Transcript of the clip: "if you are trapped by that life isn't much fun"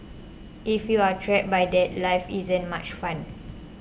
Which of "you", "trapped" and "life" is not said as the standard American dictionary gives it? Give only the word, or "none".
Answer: trapped